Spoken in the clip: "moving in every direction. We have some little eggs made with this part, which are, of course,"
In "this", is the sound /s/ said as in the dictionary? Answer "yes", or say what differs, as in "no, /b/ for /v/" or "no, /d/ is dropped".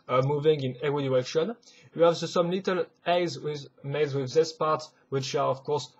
yes